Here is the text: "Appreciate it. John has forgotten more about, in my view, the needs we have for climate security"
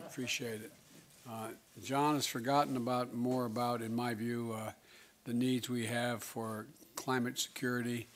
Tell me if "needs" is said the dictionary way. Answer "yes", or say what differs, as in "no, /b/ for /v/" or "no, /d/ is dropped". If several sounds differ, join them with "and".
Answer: yes